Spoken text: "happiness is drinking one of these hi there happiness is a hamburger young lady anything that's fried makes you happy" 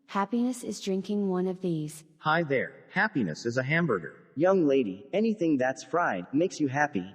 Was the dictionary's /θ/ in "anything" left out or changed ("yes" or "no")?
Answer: no